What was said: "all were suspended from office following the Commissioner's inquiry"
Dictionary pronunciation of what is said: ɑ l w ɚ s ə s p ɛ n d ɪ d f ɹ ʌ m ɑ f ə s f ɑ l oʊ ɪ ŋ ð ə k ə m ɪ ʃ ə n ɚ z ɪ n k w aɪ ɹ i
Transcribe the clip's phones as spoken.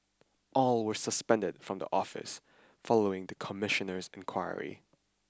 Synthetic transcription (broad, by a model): ɑ l w ɚ s ə s p ɛ n d ɪ d f ɹ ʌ m ɑ f ə s f ɑ l oʊ ɪ ŋ ð ə k ə m ɪ ʃ ə n ɚ z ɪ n k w aɪ ɹ i